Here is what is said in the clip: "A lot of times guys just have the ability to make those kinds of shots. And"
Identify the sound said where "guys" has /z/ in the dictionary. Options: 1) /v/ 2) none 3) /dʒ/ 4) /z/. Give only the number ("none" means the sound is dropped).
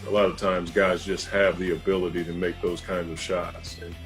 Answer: 4